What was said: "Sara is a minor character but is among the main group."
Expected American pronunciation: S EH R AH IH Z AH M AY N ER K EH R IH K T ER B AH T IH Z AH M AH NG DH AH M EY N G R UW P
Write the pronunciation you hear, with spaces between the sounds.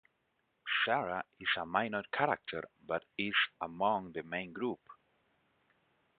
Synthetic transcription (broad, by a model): S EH R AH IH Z AH M AY N ER K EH R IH K T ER B AH T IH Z AH M AH NG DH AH M EY N G R UW P